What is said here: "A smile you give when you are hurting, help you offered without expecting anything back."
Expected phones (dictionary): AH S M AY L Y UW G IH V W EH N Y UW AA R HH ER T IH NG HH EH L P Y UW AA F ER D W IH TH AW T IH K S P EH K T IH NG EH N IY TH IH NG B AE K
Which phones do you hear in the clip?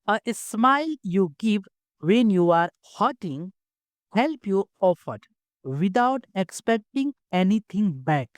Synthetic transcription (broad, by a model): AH S M AY L Y UW G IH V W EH N Y UW AA R HH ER T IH NG HH EH L P Y UW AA F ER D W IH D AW T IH K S P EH K T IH NG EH N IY T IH NG B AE K